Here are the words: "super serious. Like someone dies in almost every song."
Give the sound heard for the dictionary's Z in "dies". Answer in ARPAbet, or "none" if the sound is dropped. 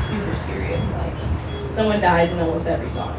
Z